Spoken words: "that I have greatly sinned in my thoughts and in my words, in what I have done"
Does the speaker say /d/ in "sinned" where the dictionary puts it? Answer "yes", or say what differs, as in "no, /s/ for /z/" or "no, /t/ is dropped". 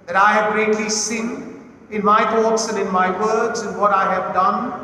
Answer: no, /d/ is dropped